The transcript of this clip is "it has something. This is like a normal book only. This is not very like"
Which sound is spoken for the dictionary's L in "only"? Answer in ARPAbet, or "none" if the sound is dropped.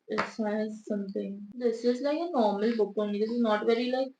none